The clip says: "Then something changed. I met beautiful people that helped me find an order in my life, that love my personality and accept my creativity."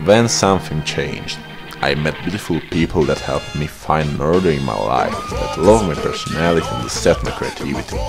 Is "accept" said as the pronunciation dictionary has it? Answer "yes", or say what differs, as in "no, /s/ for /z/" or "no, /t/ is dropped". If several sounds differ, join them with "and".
no, /k/ is dropped and /p/ is dropped